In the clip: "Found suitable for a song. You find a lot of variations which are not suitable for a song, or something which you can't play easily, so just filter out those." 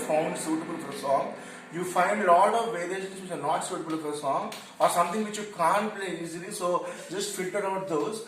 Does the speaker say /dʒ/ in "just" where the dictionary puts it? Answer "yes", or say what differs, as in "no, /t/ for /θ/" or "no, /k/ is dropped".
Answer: yes